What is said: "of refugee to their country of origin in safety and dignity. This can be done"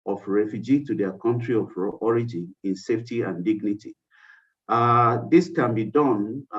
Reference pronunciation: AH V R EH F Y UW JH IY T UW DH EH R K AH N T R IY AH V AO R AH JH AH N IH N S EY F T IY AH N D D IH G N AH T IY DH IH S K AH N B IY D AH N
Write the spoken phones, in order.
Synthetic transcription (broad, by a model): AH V R EH F Y UW JH IY T UW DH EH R K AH N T R IY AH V AO R AH JH AH N IH N S EY F T IY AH N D D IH G N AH T IY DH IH S K AH N B IY D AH N